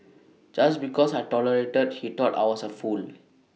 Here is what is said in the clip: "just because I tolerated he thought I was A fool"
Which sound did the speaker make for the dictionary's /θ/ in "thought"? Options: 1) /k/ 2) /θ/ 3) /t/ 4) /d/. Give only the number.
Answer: 3